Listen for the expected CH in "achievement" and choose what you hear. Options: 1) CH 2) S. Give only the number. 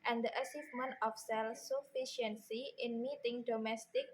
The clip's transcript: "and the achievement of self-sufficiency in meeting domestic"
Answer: 2